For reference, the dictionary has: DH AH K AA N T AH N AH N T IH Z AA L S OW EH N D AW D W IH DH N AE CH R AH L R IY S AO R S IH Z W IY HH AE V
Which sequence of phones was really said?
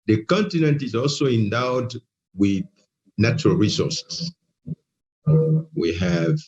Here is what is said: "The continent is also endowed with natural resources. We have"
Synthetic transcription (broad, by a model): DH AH K AA N T AH N AH N T IH Z AA L S OW EH N D AW D W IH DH N AE CH R AH L R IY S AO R S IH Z W IY HH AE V